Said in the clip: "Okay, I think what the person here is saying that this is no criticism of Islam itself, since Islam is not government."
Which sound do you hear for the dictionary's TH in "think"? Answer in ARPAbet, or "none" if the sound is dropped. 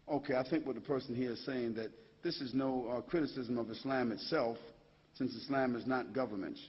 TH